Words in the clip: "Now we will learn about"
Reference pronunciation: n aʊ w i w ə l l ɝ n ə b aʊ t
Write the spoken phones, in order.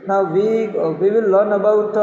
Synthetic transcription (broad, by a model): n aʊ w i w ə w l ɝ n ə b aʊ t